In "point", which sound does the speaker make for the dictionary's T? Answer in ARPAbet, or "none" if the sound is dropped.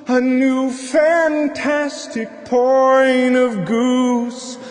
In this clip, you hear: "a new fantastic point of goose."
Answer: none